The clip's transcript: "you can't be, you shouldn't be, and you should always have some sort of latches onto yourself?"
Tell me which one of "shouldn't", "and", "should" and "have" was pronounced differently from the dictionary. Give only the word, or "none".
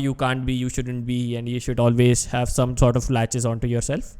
none